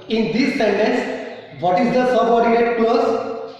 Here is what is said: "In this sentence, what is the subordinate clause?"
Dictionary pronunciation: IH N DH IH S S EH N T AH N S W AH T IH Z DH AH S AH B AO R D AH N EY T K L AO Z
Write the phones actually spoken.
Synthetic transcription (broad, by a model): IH N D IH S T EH N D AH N S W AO T IH Z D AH S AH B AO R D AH EY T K L AO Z